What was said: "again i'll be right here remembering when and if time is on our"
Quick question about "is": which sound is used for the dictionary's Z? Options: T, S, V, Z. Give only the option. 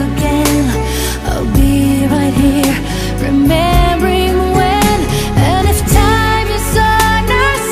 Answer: S